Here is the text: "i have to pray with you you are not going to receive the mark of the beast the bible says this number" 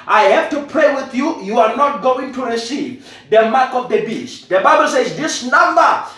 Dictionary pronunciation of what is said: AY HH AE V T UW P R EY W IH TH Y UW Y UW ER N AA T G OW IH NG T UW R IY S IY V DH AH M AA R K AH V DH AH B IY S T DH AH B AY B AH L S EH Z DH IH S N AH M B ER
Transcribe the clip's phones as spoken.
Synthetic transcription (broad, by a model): AY HH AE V T UW P R EY W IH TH Y UW Y UW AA N AA T G OW IH NG T UW R IY S IY V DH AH M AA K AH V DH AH B IY S T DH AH B AY B AH L S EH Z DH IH S N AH M B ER